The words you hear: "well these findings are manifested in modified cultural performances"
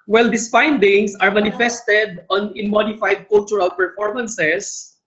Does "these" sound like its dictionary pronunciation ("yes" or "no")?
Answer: no